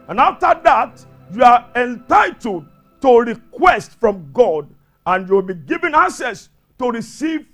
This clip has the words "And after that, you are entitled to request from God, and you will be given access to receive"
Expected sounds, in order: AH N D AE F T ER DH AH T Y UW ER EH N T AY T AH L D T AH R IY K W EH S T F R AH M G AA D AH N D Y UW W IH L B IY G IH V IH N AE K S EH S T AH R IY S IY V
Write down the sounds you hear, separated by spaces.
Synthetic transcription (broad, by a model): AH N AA F T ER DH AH T Y UW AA EH N T AY T AH L D T AH R IY K W EH S T F R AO M G AA D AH N Y UW W IH L B IY G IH V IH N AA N S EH S T AH R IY S IY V